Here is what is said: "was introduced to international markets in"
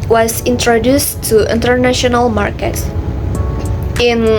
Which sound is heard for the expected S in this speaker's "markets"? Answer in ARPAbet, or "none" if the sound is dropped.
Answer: none